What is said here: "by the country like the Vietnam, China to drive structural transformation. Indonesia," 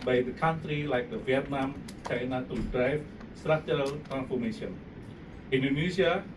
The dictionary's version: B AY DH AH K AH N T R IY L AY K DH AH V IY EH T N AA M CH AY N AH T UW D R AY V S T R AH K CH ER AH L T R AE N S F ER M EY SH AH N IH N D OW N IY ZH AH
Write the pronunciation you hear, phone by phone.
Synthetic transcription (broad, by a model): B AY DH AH K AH N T R IY L AY K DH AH V IY EH T N AA M CH AY N AH T UW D R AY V S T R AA CH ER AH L T R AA N S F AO M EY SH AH N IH N D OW N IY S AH